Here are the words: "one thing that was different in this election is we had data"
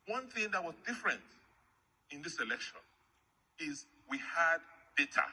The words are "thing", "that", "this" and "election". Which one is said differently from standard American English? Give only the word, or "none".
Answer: none